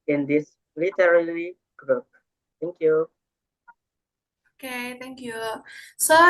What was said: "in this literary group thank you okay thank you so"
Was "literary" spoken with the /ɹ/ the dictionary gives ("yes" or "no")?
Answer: no